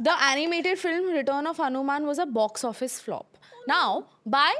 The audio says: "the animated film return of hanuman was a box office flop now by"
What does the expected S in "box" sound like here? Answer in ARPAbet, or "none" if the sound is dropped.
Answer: S